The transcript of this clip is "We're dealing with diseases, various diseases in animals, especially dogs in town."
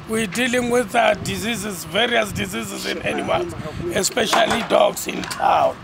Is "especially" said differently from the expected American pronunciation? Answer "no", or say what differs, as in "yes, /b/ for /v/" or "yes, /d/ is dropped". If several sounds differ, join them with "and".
no